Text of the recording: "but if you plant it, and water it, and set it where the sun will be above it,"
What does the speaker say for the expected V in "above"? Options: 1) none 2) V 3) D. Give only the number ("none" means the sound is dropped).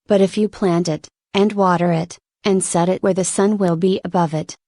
2